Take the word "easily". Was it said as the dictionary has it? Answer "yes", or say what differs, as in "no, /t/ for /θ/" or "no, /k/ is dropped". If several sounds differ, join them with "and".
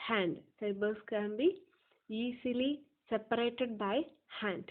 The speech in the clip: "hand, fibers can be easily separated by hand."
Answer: no, /s/ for /z/